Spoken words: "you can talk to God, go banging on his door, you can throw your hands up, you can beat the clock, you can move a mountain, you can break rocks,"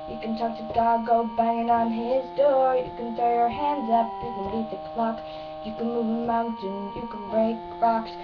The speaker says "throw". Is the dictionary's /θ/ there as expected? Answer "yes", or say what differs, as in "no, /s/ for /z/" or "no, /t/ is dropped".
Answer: no, /f/ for /θ/